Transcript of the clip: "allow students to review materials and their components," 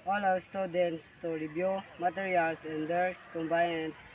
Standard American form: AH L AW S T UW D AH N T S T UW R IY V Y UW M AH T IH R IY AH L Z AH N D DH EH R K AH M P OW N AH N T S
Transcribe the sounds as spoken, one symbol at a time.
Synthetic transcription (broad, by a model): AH L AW S T UW D AH N T S T UW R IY B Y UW M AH T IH R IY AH L S AH N D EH R K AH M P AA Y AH N S